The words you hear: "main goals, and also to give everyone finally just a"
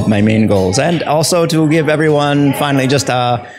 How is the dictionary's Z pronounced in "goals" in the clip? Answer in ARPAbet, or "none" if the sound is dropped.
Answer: Z